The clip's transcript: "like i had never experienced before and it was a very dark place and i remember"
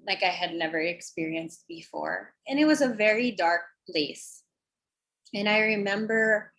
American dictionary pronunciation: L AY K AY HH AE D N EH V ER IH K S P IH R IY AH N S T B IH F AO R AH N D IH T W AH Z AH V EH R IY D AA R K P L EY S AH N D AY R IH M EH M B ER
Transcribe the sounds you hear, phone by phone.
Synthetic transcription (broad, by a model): L AY K AY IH D N EH V ER IH K S P IH R IY AH N S T B IH F AO R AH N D IH T W AH Z AH V EH R IY D AA R K P L EY S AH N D AY R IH M EH M B ER